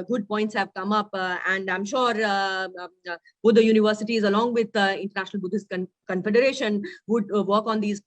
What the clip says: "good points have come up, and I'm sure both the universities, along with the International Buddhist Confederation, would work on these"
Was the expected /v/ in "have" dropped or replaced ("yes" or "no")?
no